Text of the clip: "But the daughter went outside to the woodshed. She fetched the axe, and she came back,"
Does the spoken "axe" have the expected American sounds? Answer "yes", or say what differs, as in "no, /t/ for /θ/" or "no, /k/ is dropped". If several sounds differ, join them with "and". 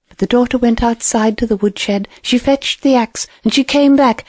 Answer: yes